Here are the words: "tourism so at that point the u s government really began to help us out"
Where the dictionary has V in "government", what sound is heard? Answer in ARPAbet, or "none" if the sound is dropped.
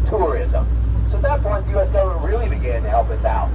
none